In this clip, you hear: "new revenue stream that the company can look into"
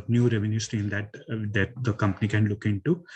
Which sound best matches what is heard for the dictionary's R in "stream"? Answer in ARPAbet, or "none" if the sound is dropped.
none